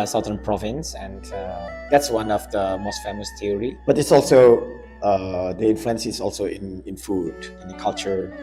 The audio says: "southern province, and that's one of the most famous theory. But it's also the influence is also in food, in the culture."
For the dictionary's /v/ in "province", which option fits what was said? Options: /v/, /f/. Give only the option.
/v/